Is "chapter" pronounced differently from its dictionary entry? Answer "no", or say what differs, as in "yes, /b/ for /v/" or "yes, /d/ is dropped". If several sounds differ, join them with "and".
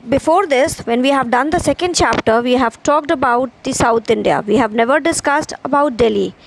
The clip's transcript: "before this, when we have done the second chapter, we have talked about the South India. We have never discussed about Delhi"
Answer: no